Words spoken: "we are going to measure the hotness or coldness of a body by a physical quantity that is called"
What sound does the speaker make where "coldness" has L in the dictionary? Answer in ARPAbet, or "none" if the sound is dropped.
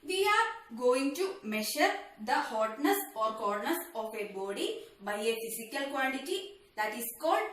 none